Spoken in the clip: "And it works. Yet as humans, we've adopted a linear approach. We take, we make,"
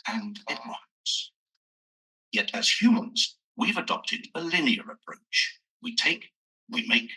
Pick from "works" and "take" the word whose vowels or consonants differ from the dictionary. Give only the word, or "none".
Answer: works